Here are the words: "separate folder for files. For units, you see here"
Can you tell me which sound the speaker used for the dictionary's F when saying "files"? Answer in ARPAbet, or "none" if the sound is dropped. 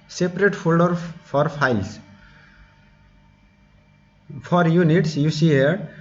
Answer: P